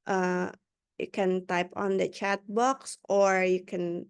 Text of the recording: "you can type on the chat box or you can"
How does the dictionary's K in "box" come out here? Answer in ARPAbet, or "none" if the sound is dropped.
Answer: K